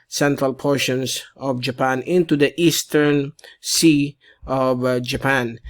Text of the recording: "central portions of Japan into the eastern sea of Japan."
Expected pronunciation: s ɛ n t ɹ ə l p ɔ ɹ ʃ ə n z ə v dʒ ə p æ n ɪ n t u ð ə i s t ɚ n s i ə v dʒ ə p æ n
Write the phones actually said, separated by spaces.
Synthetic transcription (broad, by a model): s ɛ n t ɹ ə l p ɔ ɹ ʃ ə n s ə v dʒ ə p æ n ɪ n t u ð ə i s t ɚ n s i ə v dʒ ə p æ n